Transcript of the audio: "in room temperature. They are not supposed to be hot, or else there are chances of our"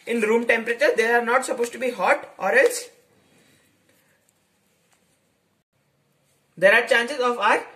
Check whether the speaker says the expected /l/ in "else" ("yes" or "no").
yes